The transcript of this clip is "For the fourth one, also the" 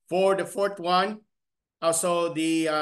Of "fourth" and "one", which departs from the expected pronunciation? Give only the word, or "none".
fourth